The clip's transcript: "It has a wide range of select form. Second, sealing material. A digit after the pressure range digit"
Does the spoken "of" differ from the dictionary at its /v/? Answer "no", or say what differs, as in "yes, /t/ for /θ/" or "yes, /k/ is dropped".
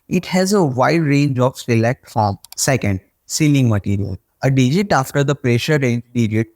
yes, /p/ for /v/